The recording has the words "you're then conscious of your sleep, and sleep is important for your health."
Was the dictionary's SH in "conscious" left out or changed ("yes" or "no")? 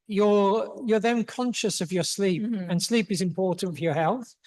no